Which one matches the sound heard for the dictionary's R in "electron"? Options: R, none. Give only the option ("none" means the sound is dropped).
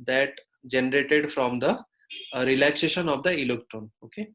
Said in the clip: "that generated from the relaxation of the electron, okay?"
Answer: none